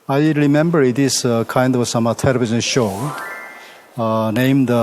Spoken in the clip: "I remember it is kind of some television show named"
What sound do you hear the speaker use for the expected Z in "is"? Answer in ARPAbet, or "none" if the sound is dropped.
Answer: S